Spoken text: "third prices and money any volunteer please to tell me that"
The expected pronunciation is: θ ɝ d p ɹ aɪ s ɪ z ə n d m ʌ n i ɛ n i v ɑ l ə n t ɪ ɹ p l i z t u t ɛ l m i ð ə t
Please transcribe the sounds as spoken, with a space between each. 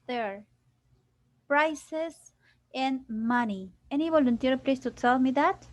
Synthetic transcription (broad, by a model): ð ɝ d p ɹ aɪ s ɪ s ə n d m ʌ n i ɛ n i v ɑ l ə n t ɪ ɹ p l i s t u s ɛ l m i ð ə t